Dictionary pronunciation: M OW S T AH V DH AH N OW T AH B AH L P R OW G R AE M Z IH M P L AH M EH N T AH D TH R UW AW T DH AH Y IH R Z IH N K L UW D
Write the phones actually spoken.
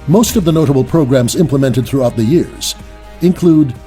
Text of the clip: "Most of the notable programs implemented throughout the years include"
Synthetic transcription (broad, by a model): M OW S T AH V DH AH N OW T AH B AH L P R OW G R AE M Z IH M P L AH M EH N T AH D TH R UW AW T DH AH Y IH R Z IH N K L UW D